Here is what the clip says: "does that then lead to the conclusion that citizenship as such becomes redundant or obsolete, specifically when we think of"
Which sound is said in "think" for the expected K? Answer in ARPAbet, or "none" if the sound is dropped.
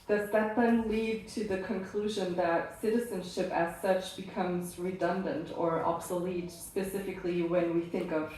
K